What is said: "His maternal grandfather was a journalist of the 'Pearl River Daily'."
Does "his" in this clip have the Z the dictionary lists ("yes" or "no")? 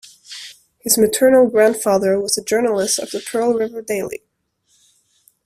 yes